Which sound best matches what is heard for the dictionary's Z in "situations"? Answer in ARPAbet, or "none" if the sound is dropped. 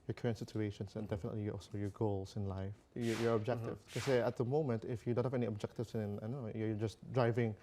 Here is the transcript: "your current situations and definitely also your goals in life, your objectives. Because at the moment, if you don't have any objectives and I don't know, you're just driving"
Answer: S